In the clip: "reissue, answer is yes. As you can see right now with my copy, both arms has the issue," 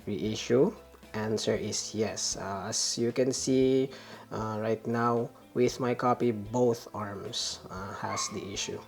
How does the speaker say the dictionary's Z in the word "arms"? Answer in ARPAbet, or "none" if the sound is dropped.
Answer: S